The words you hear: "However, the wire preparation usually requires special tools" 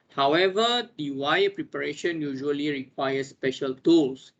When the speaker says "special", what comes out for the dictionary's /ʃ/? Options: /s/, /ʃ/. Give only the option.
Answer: /ʃ/